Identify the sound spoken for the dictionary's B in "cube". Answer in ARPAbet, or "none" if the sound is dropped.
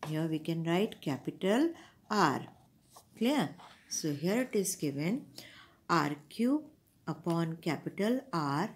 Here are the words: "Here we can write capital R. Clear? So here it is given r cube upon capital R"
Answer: none